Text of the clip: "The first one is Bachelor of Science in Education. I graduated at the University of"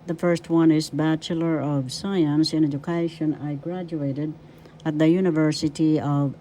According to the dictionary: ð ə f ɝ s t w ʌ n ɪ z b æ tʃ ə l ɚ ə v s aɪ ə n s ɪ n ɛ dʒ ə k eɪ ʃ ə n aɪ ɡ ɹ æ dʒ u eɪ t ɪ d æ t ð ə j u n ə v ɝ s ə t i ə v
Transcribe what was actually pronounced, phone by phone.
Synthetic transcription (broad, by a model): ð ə f ɝ s t w ʌ n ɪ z b æ tʃ ə l ɚ ə v s aɪ ə n s ɪ n ɛ dʒ ə k eɪ ʃ ə n aɪ ɡ ɹ æ dʒ u eɪ t ɪ d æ t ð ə j u n ə v ɝ s ə t i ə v